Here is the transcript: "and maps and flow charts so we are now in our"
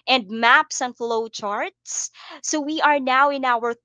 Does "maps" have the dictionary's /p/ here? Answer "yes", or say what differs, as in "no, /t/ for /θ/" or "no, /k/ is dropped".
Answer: yes